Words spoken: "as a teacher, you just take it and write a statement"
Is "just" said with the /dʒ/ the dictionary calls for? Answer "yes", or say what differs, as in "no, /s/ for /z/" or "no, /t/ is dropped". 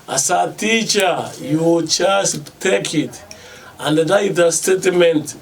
no, /tʃ/ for /dʒ/